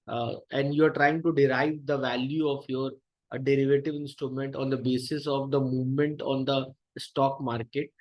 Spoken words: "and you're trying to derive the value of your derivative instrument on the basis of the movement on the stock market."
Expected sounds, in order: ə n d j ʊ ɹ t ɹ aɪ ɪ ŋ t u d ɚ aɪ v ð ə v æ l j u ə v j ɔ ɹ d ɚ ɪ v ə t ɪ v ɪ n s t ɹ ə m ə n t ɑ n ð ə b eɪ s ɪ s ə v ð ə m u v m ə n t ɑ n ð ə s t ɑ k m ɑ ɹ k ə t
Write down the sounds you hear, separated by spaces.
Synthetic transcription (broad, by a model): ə n d j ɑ ɹ t ɹ aɪ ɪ ŋ t u d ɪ aɪ v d ə v æ l j u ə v j ɔ ɹ d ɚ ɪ v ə t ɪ v ɪ n s t ɹ ə m ə n t ɑ n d ə b eɪ s ɪ s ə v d ə m u v m ə n t ɑ n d ə s t ɑ k m ɑ ɹ k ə t